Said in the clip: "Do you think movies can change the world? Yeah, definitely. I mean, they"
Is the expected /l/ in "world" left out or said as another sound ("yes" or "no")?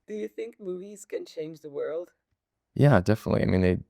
no